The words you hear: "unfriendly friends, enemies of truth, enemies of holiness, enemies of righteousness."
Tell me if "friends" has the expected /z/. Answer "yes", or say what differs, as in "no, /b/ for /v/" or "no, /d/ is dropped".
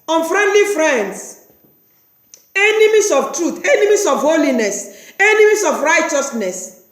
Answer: no, /s/ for /z/